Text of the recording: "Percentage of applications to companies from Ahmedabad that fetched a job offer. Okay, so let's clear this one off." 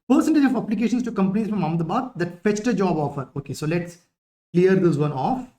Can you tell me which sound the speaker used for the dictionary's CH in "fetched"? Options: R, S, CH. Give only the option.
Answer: CH